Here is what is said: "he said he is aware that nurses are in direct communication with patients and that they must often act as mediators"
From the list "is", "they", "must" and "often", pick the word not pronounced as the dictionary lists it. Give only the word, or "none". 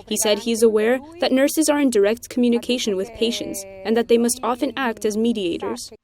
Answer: none